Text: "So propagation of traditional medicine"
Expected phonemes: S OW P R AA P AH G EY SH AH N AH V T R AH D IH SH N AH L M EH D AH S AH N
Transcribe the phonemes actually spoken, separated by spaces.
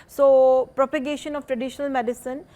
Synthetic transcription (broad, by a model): S OW P R AA P AH G EY SH AH N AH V T R AH D IH SH N AH L M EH D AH S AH N